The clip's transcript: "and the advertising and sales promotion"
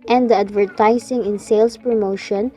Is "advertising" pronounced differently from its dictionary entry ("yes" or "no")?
yes